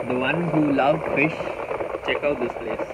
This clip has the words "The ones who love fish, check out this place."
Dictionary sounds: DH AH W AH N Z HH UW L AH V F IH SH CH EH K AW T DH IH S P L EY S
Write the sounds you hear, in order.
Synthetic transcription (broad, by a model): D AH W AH N HH UW L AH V F IH SH CH EH K AW T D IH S P L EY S